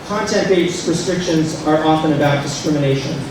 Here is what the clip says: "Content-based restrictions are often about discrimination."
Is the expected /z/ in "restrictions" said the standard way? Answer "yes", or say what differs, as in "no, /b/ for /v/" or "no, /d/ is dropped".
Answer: yes